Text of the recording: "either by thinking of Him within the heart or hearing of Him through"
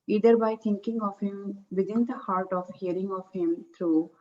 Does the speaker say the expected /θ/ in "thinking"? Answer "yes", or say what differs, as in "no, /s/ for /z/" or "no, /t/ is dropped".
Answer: no, /t/ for /θ/